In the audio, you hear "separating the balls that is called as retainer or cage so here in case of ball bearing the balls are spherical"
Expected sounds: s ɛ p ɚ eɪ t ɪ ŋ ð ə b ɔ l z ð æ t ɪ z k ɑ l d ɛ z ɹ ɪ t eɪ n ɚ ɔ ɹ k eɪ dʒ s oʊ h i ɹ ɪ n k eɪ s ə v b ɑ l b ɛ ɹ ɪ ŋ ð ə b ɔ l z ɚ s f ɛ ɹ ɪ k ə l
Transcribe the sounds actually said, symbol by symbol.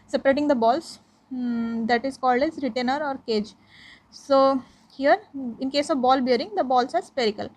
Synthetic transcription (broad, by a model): s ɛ p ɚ eɪ t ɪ ŋ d ə b ɔ l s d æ t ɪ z k ɑ l d ɛ z ɹ ɪ t eɪ n ɚ ɔ ɹ k eɪ dʒ s oʊ h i ɹ ɪ n k eɪ s ə v b ɑ l b ɛ ɹ ɪ ŋ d ə b ɔ l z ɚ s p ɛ ɹ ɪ k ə l